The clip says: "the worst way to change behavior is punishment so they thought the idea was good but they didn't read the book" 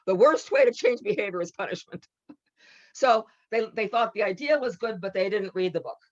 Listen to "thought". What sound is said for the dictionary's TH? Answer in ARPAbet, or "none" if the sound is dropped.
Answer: TH